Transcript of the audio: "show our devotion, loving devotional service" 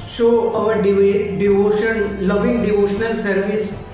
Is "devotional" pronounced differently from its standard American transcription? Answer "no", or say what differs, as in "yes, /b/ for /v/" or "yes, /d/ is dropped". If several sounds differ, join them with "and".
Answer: no